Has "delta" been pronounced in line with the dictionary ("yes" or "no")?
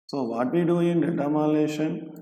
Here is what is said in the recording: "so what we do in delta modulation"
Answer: no